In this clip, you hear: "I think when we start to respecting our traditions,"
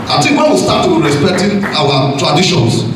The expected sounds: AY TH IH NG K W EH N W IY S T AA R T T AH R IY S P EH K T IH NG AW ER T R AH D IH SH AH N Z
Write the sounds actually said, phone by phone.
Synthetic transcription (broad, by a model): AY T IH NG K W EH N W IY S T AA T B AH R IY S P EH K T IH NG AW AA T R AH D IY SH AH N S